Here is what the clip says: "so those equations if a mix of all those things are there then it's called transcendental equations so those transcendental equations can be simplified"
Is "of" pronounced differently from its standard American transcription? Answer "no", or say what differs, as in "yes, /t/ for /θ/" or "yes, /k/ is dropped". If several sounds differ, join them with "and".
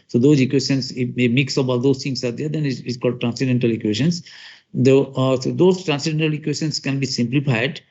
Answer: yes, /b/ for /v/